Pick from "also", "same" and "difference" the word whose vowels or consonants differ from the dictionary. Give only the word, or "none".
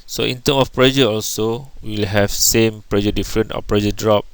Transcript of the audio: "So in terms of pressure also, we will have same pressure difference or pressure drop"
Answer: difference